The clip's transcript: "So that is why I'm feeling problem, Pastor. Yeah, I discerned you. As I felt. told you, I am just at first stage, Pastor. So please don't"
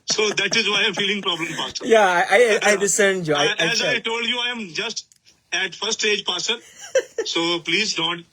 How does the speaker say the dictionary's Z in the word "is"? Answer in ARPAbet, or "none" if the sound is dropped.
Z